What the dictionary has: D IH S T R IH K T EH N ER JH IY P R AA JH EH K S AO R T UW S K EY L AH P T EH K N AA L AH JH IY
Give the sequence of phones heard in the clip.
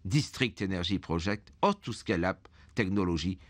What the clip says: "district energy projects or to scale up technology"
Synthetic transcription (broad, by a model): D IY S T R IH K T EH N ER ZH IY P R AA ZH EH K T AO R T UW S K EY L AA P T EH K N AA L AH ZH IY